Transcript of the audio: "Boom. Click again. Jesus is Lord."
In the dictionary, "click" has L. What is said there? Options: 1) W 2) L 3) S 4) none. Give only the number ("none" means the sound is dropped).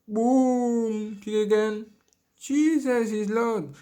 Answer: 4